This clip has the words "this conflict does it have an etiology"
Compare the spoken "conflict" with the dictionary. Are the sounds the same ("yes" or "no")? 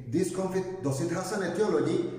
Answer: no